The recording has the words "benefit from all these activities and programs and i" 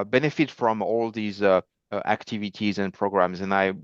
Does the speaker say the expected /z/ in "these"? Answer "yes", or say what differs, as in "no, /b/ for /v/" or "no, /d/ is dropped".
yes